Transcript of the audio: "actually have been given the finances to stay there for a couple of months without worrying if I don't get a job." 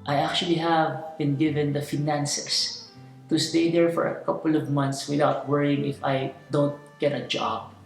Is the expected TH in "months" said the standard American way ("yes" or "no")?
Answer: no